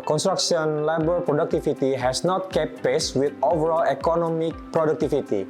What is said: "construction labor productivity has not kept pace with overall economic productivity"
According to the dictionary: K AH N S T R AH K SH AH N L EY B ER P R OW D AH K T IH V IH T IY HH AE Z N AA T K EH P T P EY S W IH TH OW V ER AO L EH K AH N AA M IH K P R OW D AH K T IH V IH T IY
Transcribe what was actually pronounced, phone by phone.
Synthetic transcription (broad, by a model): K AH N S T R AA K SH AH N L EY B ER P R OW D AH K T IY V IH T IY HH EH S N AA T K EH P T P EY S W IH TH OW V ER AO L EH K AH N AA M IH K P R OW D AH K T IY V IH T IY